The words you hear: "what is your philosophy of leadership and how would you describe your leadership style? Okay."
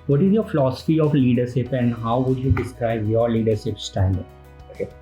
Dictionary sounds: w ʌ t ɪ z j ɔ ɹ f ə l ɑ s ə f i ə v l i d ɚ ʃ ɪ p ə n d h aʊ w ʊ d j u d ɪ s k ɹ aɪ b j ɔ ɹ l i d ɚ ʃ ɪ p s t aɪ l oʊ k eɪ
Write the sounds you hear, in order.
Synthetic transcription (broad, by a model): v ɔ t ɪ z j ɔ ɹ f ə l ɑ s ə f i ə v l i d ɚ ʃ ɪ p ə n d h aʊ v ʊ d j u d ɪ s k ɹ aɪ b j ɔ ɹ l i d ɚ ʃ ɪ p s t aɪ n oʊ k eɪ